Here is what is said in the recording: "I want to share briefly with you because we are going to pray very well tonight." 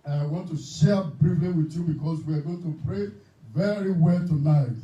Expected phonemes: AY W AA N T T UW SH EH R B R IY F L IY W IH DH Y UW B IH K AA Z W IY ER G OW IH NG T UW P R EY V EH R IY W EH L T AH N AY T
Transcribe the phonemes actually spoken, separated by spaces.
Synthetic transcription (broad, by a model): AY W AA N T T UW SH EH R B R IY F L IY W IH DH Y UW B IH K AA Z W IY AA G OW IH NG T UW P R EY V EH R IY W EH L T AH N AY T